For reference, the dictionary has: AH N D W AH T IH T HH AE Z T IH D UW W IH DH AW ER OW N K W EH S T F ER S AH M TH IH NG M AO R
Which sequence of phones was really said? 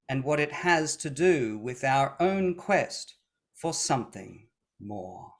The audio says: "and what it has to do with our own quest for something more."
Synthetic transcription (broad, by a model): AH N W AH T IH T HH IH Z T IH D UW W IH DH AW ER OW N K W EH S T F ER S AH M TH IH NG M AO R